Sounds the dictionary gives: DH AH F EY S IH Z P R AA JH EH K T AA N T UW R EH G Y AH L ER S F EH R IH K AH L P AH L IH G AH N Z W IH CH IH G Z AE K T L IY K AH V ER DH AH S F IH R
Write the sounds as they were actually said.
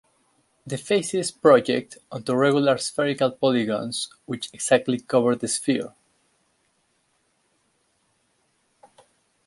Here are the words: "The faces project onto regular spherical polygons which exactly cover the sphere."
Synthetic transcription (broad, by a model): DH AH F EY S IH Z P R AA JH EH K T AA N T UW R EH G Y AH L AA S F EH R IH K AH L P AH L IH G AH N S W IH CH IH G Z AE K T L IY K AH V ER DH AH S F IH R